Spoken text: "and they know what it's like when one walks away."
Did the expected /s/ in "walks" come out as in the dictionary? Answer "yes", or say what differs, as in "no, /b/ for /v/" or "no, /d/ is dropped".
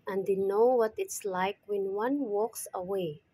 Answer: yes